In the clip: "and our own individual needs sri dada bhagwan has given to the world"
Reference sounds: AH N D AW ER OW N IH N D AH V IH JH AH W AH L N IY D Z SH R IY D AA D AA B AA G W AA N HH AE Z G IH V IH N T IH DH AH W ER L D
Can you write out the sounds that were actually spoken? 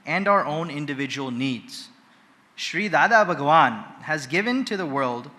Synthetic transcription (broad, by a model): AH N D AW ER OW N IH N D AH V IH JH AH W AH L N IY D Z SH R IY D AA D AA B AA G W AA N HH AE Z G IH V IH N T IH DH AH W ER L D